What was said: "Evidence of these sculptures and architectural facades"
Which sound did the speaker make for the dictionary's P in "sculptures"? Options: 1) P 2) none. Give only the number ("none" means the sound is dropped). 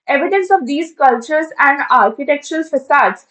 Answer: 2